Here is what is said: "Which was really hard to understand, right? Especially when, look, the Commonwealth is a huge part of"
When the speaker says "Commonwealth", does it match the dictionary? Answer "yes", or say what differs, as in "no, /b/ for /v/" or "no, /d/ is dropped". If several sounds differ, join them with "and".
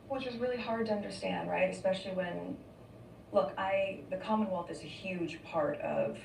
yes